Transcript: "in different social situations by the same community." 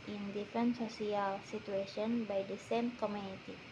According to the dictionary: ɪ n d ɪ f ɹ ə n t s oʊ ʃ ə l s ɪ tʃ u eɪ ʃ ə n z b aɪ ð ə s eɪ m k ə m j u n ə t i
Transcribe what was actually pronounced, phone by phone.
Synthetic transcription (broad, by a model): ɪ n d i f ɹ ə n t s oʊ s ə l s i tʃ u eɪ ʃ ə n b aɪ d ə s eɪ m k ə m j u n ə t i